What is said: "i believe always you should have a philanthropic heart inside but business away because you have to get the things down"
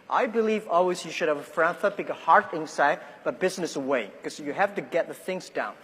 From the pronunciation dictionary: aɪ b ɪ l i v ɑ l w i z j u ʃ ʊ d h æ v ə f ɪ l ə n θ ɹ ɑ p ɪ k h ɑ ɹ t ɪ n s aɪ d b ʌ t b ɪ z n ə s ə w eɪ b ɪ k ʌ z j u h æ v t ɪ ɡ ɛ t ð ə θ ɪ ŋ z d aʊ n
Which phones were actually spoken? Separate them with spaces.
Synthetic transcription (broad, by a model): aɪ b ɪ l i v ɑ l w i z j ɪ ʃ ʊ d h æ v ə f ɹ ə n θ ɑ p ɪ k h ɑ ɹ t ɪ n s aɪ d b ʌ t b ɪ z n ə s ə w eɪ ɪ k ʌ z j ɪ h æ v t ɪ ɡ ɛ t ð ə θ ɪ ŋ z d aʊ n